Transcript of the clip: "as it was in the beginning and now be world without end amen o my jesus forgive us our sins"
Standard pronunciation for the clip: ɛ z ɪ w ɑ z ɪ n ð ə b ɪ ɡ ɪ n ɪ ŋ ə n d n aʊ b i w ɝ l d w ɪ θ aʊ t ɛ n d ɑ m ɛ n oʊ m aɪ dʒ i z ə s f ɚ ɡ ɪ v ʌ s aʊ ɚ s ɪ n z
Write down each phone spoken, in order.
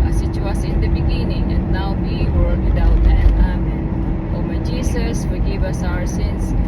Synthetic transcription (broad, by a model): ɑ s ɪ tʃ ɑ s ɪ n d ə b ɪ ɡ ɪ n ɪ ŋ ə n d n aʊ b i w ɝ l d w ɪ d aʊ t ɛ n ɑ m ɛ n oʊ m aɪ dʒ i s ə s f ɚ ɡ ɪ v ʌ s aʊ ɚ s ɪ n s